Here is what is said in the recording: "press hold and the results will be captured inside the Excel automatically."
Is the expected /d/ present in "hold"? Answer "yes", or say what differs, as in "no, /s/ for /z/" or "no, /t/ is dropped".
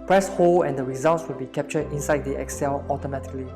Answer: no, /d/ is dropped